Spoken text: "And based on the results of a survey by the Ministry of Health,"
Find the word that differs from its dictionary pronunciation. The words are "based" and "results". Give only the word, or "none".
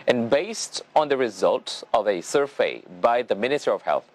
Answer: results